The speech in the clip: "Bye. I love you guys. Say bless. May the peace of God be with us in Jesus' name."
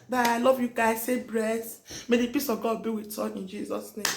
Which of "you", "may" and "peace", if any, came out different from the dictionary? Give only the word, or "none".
none